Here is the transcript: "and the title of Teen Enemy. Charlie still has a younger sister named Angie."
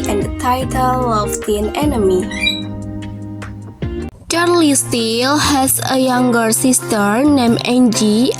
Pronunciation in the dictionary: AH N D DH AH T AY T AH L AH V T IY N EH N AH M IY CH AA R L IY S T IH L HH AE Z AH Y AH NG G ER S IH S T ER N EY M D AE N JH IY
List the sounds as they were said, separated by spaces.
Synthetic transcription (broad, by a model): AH N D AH T AY T AH L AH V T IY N EH N AH M IY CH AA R L IY S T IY L HH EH S AH Y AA NG G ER S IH S T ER N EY M EH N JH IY